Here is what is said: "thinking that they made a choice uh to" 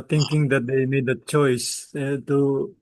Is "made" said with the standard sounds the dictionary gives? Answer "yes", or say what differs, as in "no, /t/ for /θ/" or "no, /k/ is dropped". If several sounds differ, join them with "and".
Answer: yes